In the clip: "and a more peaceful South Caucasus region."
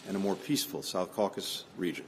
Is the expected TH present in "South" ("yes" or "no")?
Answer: yes